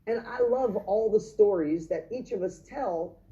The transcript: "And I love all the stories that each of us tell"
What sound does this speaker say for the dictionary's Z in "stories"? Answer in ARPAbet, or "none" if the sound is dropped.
Z